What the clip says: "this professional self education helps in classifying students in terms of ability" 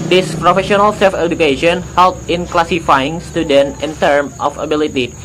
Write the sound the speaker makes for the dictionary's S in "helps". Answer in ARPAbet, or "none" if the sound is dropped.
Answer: none